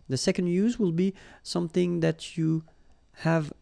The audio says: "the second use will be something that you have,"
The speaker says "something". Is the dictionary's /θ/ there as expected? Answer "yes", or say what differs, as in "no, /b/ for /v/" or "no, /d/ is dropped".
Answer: yes